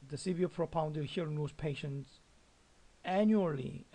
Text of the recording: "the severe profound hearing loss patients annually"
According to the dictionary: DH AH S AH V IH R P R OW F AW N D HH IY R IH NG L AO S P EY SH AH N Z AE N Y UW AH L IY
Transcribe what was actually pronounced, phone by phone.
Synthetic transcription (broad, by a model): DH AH S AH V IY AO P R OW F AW N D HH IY IH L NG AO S P EY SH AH N S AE N Y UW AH L IY